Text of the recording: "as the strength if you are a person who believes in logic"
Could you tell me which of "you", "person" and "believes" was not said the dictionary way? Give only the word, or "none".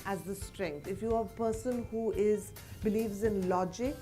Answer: none